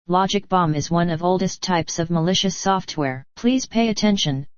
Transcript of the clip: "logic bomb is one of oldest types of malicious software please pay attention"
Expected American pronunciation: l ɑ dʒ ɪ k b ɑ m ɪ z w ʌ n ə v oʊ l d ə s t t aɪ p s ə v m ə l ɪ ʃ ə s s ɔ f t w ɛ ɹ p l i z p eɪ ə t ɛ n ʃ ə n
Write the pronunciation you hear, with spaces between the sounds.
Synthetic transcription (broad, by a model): l ɑ dʒ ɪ k b ɑ m ɪ z w ʌ n ə v oʊ l d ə s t t aɪ p s ə v m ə l ɪ ʃ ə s s ɔ f t w ɛ ɹ p l i z p eɪ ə t ɛ n ʃ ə n